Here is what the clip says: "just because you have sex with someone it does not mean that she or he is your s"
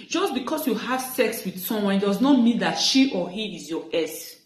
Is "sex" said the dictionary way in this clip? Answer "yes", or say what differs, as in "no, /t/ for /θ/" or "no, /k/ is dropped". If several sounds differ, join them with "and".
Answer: yes